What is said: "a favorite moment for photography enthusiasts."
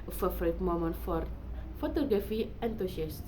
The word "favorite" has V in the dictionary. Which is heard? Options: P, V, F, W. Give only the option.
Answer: F